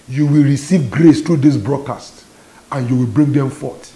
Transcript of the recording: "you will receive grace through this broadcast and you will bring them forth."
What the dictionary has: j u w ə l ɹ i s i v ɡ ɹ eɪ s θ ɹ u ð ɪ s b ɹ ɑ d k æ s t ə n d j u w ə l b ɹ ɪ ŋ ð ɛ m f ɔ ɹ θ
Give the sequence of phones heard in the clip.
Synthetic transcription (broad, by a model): j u w ə l ɹ i s i v ɡ ɹ eɪ s t ɹ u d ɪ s b ɹ ɑ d k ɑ s t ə n j u w ə l b ɹ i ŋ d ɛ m f ɔ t